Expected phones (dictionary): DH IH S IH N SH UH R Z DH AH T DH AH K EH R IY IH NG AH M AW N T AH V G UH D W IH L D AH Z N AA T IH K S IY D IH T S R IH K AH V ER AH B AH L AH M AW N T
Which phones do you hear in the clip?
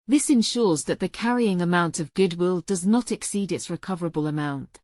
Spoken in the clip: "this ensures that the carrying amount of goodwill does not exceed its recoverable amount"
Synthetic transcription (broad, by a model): DH IH S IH N SH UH R Z DH AH T DH AH K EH R IY IH NG AH M AW N T AH V G UH D W IH L D AH Z N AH T IH K S IY D IH T S R IH K AH V ER AH B AH L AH M AW N T